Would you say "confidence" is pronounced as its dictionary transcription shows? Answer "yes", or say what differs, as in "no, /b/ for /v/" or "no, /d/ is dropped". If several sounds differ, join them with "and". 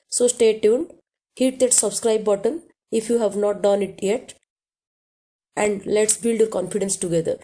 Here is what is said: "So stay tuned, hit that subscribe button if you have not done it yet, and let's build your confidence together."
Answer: yes